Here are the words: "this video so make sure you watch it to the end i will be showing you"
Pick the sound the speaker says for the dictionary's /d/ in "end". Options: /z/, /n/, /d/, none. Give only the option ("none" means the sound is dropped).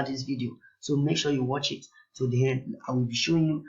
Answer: none